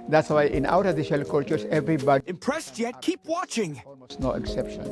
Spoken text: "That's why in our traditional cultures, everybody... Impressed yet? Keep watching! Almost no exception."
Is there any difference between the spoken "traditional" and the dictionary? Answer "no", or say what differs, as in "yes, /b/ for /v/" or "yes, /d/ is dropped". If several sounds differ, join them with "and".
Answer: yes, /n/ is dropped